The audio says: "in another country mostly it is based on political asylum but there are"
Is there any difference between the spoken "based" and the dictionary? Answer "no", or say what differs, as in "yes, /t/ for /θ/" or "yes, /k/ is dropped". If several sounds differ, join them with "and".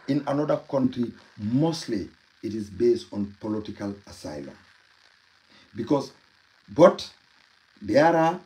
no